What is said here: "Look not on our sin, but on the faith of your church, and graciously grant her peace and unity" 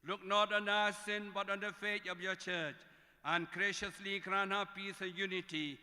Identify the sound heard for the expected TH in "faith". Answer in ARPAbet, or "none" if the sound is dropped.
T